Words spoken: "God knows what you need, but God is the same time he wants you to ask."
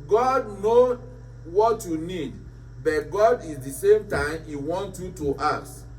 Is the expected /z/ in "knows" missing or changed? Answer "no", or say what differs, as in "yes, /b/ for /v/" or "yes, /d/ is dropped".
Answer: yes, /z/ is dropped